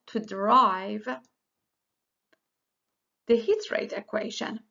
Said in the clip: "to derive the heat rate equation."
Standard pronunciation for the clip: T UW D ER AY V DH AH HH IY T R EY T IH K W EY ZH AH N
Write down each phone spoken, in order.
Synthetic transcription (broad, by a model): T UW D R AY V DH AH HH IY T R EY T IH K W EY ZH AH N